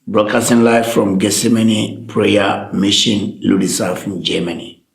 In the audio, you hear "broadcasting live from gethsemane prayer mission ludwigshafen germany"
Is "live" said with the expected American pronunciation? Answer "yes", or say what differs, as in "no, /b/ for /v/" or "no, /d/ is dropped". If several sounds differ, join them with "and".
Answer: no, /f/ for /v/